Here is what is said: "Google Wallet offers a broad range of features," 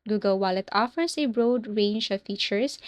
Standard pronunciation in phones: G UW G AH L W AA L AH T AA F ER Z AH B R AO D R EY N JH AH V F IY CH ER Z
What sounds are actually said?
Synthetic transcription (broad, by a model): G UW G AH L W AA L AH T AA F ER S AH B R AO D R EY N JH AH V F IY CH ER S